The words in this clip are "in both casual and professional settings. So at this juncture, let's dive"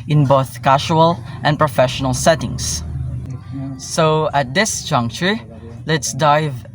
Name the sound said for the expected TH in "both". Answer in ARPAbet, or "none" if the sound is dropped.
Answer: TH